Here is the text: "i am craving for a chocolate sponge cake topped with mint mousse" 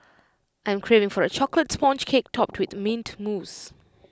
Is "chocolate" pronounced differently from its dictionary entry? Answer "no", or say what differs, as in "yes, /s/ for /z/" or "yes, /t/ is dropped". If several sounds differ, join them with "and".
no